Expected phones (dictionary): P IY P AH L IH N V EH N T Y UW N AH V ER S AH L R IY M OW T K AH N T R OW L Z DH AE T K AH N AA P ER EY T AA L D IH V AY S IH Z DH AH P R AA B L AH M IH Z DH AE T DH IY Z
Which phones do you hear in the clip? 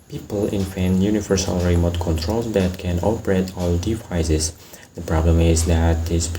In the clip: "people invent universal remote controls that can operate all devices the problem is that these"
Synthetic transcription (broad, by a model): P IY P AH L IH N F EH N Y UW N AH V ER S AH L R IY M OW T K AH N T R OW L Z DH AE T K AH N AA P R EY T AA L D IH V AY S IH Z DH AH P R AA B L AH M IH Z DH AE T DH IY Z